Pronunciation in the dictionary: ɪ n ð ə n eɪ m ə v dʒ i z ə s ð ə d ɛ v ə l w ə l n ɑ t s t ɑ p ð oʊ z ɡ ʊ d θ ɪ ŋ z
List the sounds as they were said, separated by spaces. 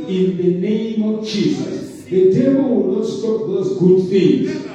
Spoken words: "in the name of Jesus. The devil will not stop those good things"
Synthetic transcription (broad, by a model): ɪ n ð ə n eɪ m ə v dʒ i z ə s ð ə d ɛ b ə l w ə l n ɑ t s t ɑ p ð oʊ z ɡ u d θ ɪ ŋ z